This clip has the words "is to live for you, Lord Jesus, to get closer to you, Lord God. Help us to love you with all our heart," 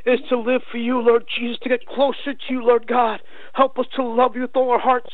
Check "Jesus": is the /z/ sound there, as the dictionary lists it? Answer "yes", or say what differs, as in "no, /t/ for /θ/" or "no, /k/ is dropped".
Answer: yes